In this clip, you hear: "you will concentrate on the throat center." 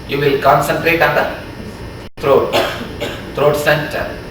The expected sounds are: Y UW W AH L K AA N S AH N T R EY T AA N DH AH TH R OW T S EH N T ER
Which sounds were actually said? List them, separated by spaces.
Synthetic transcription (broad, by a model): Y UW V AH L K AA N S AH N T R EY T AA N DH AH T R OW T S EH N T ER